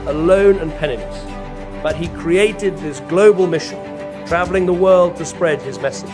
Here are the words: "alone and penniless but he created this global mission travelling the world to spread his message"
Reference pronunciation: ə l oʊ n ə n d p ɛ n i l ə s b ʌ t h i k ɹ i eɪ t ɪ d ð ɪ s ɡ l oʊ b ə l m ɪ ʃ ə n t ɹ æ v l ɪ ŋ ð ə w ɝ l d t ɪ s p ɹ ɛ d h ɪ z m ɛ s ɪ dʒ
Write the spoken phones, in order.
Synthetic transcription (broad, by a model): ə l oʊ n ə n p ɛ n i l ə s b ʌ t h i k ɹ i eɪ t ɪ d ð ɪ s ɡ l oʊ b ə l m ɪ ʃ ə n t ɹ æ v l ɪ ŋ ð ə w ɝ l d t ɪ s p ɹ ɛ d ɪ z m ɛ s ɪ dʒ